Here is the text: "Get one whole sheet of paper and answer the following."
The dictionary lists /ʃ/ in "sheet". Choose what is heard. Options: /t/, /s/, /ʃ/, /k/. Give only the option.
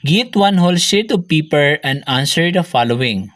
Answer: /s/